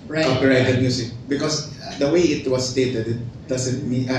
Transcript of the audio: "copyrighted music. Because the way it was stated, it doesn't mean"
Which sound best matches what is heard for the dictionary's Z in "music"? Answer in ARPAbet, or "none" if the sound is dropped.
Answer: S